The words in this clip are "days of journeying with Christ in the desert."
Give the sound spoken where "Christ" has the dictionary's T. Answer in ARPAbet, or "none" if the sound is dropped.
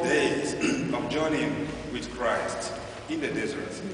T